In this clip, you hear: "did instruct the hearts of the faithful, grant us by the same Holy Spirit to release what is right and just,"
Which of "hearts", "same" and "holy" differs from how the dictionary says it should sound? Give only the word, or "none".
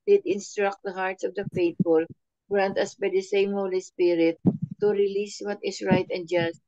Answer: none